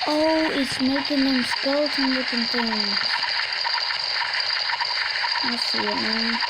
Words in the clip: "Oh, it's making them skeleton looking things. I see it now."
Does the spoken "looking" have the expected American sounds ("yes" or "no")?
no